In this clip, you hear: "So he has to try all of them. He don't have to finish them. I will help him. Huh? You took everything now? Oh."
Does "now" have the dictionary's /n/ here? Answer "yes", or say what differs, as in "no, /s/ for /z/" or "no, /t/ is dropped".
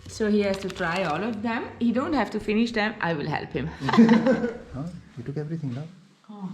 no, /l/ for /n/